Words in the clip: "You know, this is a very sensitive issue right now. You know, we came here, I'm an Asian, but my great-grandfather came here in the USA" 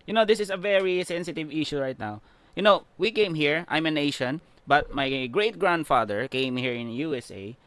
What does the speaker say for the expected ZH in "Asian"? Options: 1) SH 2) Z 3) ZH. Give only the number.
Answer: 1